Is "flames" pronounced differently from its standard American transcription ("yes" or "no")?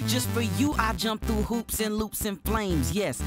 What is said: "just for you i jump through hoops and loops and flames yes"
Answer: no